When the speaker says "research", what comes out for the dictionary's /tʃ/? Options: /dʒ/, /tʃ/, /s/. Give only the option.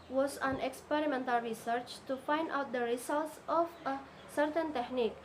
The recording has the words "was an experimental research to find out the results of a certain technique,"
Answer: /tʃ/